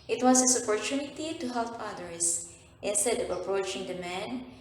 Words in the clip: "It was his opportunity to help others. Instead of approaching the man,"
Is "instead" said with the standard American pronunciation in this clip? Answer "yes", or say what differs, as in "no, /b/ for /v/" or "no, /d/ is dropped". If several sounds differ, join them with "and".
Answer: yes